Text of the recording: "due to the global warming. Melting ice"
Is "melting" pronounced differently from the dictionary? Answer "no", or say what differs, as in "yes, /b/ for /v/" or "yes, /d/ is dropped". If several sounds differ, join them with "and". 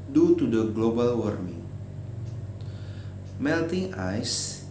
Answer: no